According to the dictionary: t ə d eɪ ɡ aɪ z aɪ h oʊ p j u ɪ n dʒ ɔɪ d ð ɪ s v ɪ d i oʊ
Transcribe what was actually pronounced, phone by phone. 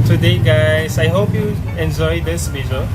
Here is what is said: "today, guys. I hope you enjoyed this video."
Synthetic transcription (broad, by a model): t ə d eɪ ɡ aɪ s aɪ h oʊ p j u ɪ n dʒ ɔɪ d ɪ s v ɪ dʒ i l